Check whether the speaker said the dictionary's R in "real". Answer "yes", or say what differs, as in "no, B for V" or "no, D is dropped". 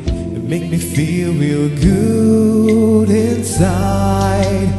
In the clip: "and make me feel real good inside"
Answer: no, W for R